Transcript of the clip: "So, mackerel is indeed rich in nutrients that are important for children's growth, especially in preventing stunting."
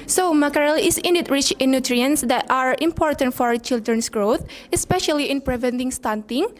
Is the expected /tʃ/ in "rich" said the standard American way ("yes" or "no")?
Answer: yes